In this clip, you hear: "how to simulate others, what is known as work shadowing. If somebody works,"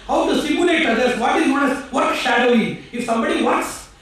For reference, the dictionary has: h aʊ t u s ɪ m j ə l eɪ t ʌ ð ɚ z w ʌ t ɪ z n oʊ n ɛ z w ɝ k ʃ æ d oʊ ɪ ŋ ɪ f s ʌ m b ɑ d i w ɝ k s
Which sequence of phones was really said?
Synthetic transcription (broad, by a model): h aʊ t u s ɪ m j ə l eɪ t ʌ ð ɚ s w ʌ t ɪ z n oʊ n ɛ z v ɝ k ʃ æ d oʊ ɪ ŋ ɪ f s ʌ m b ɑ d i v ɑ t s